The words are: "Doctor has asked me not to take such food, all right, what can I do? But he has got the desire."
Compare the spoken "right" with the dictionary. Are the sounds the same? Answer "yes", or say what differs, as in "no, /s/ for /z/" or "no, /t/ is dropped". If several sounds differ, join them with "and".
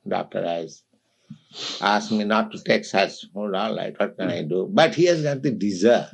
no, /l/ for /ɹ/